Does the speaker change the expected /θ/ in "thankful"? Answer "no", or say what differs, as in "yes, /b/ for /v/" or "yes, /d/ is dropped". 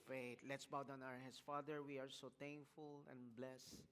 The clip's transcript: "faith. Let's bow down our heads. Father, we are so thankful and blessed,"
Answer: yes, /t/ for /θ/